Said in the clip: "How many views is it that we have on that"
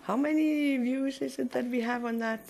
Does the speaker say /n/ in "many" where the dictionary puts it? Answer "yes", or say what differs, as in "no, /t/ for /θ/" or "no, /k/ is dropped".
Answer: yes